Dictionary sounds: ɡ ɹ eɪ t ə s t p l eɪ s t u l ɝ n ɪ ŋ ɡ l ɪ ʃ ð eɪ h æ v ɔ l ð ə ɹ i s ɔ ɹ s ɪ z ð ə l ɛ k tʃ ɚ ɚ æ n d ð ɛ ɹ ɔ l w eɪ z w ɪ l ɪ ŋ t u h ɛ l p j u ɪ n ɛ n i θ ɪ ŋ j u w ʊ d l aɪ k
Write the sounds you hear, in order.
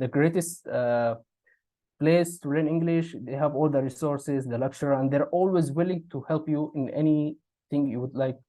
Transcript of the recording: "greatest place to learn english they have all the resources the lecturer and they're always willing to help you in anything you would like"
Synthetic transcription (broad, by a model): ɡ ɹ eɪ t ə s t p l eɪ s t u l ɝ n ɪ ŋ ɡ l ɪ ʃ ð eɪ h æ v ɔ l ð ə ɹ i s ɔ ɹ s ɪ z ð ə l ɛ k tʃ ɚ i æ n d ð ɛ ɹ ɔ l w eɪ z w ɪ l ɪ ŋ t u h ɛ l p j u ɪ n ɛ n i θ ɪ ŋ j u w ʊ d l aɪ k